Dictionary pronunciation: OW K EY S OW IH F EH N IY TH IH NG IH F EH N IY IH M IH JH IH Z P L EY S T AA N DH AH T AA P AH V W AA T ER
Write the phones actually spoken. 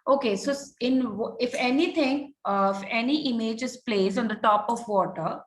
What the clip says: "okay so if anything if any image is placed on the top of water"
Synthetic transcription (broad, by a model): OW K EY S OW IH F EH N IY T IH NG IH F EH N IY IH M IH JH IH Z P L EY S AA N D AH T AA P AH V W AA T ER